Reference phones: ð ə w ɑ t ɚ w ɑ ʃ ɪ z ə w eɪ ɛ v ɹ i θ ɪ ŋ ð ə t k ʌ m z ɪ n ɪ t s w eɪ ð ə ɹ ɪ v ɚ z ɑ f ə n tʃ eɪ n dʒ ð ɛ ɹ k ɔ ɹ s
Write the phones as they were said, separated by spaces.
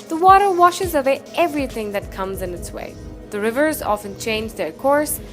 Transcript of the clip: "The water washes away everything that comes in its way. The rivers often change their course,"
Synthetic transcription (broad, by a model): ð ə w ɑ t ɚ w ɑ ʃ ɪ z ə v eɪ ɛ v ɹ i θ ɪ ŋ ð ə t k ʌ m z ɪ n ɪ t s w eɪ ð ə ɹ ɪ v ɚ z ɑ f ə n tʃ eɪ n dʒ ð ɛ ɹ k ɔ ɹ s